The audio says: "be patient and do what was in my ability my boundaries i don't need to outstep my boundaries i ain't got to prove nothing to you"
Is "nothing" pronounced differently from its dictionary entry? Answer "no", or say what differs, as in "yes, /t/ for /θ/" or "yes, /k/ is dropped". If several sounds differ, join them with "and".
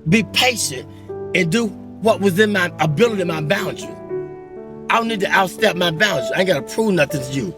no